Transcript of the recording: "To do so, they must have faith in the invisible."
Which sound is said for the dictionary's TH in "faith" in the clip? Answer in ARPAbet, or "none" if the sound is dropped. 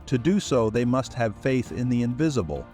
TH